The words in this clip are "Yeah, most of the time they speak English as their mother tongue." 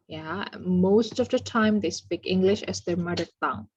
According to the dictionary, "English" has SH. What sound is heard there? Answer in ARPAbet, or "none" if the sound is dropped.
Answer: SH